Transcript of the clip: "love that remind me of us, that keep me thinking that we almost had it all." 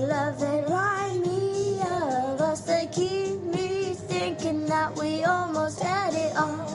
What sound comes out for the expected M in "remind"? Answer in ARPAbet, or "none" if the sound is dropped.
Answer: none